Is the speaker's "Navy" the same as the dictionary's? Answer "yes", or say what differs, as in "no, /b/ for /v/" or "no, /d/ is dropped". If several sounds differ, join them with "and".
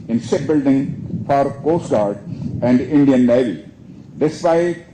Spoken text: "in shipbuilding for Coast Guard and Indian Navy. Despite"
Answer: no, /l/ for /n/